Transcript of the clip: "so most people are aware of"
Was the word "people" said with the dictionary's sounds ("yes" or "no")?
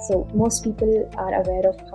yes